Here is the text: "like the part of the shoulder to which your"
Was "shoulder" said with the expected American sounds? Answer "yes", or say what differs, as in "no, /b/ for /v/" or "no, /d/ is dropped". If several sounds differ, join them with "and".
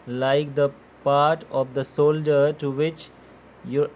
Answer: no, /s/ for /ʃ/